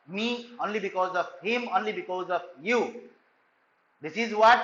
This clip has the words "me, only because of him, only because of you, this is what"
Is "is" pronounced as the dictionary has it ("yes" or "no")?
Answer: yes